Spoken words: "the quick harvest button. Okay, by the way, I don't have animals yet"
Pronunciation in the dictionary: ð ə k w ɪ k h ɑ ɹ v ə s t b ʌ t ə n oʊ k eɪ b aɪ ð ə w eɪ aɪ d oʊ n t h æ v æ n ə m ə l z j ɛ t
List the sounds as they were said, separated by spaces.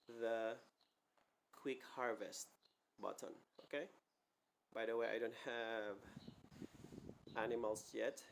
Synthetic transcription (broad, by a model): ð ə k w ɪ k h ɑ ɹ v ə s t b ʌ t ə n oʊ k eɪ b aɪ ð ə w eɪ aɪ d oʊ n t h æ v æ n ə m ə l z j ɛ t